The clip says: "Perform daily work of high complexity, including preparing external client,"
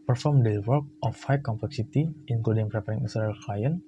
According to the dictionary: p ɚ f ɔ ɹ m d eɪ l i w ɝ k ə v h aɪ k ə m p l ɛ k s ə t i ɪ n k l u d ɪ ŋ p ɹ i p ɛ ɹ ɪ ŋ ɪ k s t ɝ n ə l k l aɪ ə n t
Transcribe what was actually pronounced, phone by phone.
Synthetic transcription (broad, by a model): p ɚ f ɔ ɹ m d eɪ w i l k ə f h aɪ k ə m p l ɛ k s ə t i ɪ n k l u d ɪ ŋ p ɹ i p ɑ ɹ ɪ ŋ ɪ s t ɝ ə l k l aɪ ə n